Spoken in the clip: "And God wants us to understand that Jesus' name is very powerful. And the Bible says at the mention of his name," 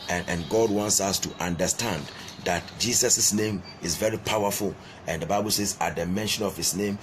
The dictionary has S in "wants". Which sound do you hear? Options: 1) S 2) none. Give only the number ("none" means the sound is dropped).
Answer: 1